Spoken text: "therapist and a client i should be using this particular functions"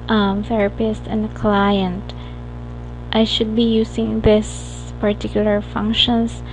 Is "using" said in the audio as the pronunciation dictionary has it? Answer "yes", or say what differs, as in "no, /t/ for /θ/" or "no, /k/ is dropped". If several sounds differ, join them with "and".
no, /s/ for /z/